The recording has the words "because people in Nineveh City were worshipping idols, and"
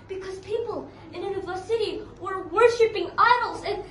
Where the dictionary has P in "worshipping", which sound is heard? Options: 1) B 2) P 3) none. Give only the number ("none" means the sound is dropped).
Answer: 2